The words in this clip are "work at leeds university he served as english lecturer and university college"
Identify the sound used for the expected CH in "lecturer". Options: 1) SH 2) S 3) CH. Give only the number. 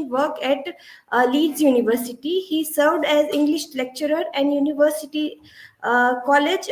3